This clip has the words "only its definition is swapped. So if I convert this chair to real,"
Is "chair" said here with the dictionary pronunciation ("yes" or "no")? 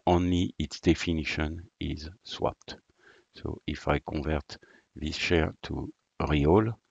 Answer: no